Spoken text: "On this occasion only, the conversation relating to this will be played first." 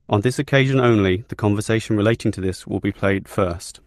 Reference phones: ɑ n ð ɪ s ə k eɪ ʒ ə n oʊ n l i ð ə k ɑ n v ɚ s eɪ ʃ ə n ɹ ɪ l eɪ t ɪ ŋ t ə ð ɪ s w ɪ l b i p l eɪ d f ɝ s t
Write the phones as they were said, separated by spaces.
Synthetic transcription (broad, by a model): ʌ n ð ɪ s ə k eɪ ʒ ə n oʊ n l i ð ə k ɑ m v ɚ s eɪ ʃ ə n ɹ ɪ l eɪ t ɪ ŋ t ə ð ɪ s w ɪ l b i p l eɪ d f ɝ s t